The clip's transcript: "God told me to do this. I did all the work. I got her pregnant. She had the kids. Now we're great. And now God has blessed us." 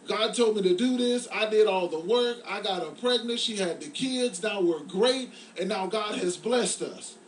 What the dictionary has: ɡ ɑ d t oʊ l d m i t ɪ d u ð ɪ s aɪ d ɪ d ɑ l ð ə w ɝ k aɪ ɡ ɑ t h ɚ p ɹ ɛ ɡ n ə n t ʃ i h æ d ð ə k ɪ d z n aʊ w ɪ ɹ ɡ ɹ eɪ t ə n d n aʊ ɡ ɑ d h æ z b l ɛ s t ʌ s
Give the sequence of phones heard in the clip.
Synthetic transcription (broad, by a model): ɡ ɑ d t oʊ l d m i t ɪ d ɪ ð ɪ s aɪ d ɪ d ɑ l ð ə w ɝ k aɪ ɡ ɑ t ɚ p ɹ ɛ ɡ n ə n t ʃ i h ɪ d ð ə k ɪ d z n aʊ w ɪ ɹ ɡ ɹ eɪ t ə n n aʊ ɡ ɑ d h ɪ z b l ɛ s t ʌ s